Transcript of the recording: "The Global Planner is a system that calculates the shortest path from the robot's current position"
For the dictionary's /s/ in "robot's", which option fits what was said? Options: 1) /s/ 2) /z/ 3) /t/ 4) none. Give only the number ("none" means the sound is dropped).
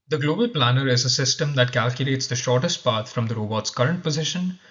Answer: 1